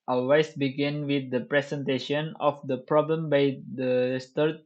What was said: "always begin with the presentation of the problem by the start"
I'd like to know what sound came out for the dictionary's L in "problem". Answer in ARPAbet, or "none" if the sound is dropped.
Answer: L